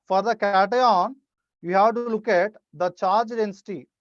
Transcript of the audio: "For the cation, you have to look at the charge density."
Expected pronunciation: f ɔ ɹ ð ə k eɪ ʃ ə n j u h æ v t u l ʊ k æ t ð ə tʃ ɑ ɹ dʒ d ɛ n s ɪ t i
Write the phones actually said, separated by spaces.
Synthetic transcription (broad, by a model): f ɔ ɹ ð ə k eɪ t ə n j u h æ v t u l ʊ k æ t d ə tʃ ɑ ɹ dʒ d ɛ n s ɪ t i